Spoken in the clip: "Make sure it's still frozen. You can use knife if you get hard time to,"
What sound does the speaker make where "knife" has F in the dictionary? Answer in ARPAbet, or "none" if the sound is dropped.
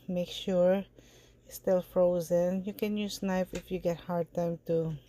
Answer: P